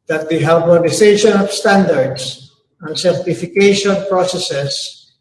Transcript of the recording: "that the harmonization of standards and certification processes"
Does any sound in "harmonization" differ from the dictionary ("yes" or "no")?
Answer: yes